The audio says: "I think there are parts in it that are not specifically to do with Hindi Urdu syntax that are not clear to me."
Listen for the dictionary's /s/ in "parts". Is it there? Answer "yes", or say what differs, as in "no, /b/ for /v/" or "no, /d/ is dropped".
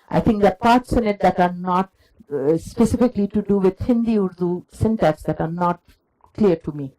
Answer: yes